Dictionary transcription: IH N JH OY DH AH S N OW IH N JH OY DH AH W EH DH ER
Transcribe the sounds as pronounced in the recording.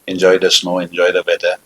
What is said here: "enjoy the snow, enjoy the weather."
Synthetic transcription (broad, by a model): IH N JH OY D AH S N OW IH N JH OY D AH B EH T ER